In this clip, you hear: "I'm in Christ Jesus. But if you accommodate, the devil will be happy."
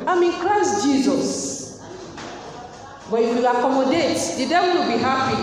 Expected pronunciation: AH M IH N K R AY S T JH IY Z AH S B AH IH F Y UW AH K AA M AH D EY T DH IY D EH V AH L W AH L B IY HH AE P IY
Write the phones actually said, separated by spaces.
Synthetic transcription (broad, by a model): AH M IH N K R AY S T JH IY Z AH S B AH IH F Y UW AH K AA M AH D EY T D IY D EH W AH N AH B IY HH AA P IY